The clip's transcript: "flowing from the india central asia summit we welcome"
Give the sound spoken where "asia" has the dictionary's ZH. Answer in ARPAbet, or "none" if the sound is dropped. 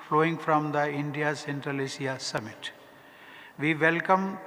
S